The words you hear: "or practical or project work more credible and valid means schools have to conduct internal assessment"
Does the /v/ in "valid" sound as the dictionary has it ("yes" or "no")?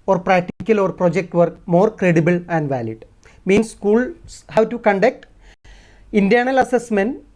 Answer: yes